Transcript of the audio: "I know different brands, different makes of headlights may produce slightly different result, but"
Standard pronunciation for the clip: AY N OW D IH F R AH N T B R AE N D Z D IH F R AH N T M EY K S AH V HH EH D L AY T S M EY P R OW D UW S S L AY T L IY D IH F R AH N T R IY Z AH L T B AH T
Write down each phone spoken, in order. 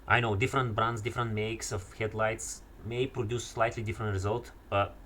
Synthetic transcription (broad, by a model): AY N OW D IH F R AH N T B R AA N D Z D IH F R AH N T M EY K S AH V HH EH D L AY T S M EY P R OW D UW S S L AY T L IY D IH F R AH N T R IY Z AH L T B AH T